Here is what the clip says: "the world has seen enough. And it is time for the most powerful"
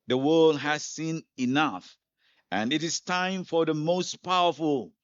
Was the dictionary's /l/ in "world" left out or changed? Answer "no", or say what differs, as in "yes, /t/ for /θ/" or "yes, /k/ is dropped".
no